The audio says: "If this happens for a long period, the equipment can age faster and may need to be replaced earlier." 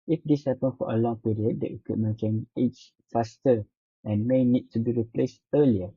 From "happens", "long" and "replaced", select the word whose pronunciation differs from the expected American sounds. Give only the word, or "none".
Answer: happens